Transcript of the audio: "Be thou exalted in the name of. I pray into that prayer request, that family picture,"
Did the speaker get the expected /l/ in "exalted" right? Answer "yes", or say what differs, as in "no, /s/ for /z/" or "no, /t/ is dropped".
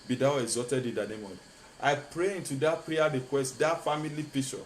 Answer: no, /l/ is dropped